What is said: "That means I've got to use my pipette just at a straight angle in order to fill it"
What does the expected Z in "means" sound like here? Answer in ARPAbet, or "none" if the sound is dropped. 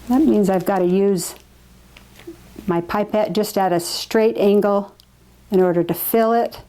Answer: Z